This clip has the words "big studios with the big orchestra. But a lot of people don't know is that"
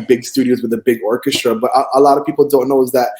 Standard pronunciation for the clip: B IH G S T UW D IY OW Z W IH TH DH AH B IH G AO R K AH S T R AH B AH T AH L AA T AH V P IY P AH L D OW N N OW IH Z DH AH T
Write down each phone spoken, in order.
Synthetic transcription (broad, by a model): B IH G S T UW D IY OW Z W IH DH AH B IH G AO R K AH S T R AH B AH T AH L AA T AH V P IY P L D OW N N OW IH Z DH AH T